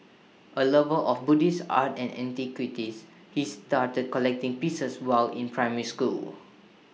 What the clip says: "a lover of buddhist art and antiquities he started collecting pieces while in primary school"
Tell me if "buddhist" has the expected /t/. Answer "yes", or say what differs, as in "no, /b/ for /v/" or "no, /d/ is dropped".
no, /t/ is dropped